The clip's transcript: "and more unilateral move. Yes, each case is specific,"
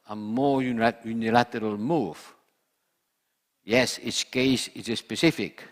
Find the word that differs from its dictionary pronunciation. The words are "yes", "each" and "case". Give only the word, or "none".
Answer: each